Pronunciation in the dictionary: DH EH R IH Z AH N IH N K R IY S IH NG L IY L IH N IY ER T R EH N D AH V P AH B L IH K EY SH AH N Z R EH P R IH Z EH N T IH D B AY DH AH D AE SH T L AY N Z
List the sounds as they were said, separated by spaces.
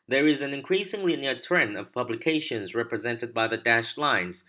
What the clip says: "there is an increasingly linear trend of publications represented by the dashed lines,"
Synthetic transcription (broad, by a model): DH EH R IH Z AH N IH N K R IY S IH NG L IY N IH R T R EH N AH V P AH B L IH K EY SH AH N Z R EH P R IH Z EH N T IH D B AY DH AH D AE SH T L AY N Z